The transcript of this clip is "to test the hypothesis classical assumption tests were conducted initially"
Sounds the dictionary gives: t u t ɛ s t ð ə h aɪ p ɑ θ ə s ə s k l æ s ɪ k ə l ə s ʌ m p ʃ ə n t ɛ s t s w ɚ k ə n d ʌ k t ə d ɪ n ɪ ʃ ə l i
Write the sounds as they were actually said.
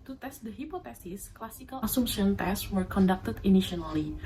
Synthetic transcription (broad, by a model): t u t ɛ s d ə h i p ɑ t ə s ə s k l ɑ s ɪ k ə l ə s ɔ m ʃ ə n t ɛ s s w ɚ k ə n d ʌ k t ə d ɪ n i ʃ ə l i